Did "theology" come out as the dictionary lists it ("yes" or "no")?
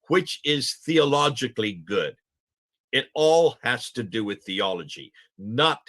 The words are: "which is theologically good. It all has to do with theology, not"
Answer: yes